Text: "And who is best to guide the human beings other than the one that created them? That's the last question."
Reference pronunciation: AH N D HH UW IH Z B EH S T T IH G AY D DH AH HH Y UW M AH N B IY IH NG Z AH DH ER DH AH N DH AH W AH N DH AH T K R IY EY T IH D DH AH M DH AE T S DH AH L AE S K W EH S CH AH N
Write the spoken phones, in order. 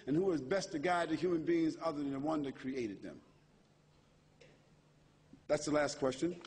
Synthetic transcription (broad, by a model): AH N HH UW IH Z B EH S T T IH G AY D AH HH Y UW M AH N B IY IH NG Z AH DH ER DH AH N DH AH W AH N DH AH T K R IY EY T IH D DH AH M DH AE T S DH AH L AE S K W EH S CH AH N